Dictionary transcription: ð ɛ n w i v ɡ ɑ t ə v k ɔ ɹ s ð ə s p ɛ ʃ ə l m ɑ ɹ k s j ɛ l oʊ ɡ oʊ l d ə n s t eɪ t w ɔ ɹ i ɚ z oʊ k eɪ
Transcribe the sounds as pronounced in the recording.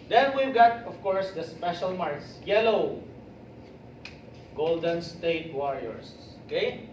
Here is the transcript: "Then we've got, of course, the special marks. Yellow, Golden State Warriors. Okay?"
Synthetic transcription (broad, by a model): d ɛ n w i v ɡ ɑ t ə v k ɔ ɹ s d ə s p ɛ ʃ ə l m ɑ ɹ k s j ɛ l oʊ ɡ oʊ l d ə n s t eɪ t w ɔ ɹ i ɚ s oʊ k eɪ